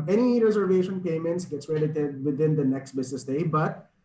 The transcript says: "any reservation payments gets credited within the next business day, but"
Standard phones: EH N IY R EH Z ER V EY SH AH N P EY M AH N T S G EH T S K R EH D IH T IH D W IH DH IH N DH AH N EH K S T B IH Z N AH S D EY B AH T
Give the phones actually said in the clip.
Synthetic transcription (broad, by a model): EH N IY R EH Z ER V EY SH AH N P EY M AH N T S G EH T S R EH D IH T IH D W IH DH IH N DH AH N EH K S T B IH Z N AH S D EY B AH T